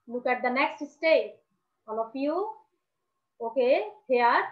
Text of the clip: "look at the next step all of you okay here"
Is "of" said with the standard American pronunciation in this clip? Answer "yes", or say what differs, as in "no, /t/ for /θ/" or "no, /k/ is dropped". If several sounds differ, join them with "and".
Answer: no, /p/ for /v/